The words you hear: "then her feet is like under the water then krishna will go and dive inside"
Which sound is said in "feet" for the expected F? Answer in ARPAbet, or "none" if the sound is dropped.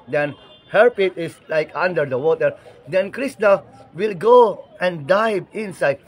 P